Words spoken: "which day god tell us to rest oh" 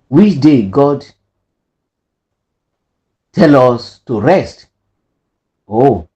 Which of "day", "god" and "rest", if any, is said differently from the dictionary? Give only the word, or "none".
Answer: none